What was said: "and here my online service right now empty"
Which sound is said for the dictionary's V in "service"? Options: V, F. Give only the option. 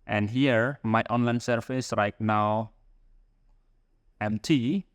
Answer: F